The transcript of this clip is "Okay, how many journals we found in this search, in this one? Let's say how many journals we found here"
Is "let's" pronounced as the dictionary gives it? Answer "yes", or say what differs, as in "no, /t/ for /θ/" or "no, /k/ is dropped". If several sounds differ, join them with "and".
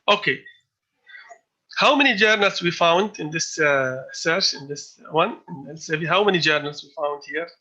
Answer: no, /n/ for /l/